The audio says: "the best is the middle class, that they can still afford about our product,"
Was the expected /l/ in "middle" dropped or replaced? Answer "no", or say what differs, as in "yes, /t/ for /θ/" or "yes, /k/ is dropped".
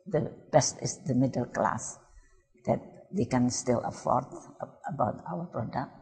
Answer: no